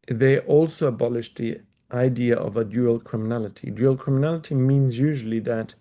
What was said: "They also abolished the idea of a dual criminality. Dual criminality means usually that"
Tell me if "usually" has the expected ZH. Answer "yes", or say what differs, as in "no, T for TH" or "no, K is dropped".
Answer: yes